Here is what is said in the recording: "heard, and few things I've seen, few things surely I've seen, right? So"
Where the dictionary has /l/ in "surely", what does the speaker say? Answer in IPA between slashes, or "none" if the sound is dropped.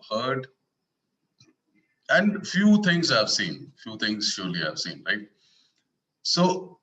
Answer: /l/